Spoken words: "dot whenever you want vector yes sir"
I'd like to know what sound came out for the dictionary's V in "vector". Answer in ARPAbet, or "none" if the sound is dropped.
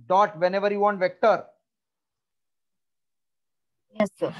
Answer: V